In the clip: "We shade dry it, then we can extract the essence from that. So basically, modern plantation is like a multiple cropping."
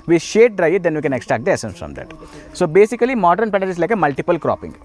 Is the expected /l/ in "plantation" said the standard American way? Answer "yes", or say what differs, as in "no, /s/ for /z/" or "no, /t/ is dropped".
no, /l/ is dropped